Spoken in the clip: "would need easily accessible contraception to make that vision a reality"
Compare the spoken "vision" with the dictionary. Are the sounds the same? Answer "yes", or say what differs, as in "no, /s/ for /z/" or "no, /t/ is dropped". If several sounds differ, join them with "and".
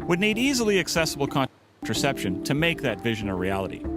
yes